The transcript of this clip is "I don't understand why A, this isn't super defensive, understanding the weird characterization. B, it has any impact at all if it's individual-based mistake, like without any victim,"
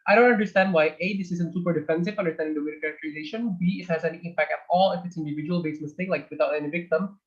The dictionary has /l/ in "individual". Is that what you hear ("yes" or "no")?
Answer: yes